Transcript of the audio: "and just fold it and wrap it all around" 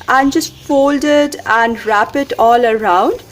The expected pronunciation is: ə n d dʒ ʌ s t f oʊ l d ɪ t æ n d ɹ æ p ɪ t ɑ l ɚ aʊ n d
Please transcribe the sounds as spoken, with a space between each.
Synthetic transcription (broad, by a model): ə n dʒ ʌ s t f oʊ l d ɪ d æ n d ɹ æ p ɪ t ɑ l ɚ aʊ n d